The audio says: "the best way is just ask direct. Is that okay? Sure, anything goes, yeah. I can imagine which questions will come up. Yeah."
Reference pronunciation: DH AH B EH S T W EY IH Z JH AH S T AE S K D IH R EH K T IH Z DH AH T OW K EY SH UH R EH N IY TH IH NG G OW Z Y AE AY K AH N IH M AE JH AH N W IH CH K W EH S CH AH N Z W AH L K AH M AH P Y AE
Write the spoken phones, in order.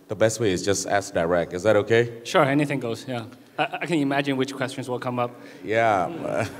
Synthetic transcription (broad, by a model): DH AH B EH S T W EY IH Z JH AH S T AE S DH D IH R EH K IH Z DH AH T OW K EY SH UH R EH N IY TH IH NG G OW Z Y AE AY K AH N IH M AE JH AH N W IH CH K W EH S CH AH N Z W AH L K AH M AH P Y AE